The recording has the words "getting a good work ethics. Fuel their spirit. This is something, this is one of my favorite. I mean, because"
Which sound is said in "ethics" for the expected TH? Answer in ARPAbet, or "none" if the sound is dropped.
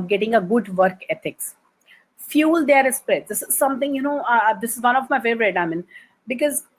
T